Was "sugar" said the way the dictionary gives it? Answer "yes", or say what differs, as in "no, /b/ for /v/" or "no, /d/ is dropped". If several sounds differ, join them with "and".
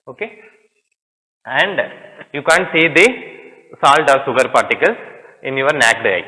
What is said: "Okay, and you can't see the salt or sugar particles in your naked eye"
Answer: no, /s/ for /ʃ/